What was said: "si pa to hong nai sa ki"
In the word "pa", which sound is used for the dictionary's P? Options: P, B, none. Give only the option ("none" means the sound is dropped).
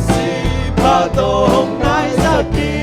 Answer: B